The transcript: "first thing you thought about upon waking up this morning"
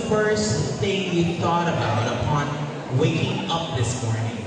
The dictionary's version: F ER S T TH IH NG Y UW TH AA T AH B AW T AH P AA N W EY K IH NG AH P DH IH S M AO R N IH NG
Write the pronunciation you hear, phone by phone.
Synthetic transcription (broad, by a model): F ER S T TH IH NG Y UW TH AA T AH B AW T AH P AA N W EY K IH NG AH P DH IH S M AO R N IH NG